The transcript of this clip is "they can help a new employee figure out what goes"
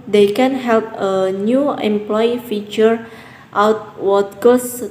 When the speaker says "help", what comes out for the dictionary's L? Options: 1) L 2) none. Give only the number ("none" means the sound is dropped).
1